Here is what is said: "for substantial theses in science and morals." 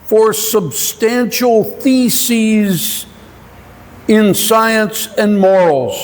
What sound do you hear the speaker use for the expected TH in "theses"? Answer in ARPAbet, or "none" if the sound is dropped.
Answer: TH